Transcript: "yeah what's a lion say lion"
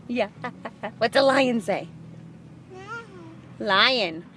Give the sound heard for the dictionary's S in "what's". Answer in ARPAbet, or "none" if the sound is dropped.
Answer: none